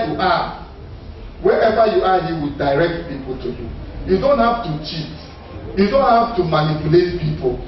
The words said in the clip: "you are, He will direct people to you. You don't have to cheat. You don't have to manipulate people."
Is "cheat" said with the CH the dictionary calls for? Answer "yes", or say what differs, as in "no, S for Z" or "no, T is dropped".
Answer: yes